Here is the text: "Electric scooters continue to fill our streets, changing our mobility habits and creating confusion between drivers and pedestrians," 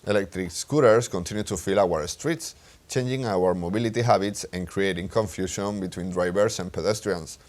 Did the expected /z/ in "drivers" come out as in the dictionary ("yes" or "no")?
no